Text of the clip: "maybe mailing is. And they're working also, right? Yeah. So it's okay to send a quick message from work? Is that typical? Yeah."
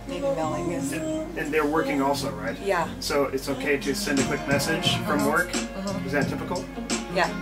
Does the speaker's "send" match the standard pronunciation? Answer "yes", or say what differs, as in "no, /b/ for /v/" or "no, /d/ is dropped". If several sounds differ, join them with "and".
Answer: yes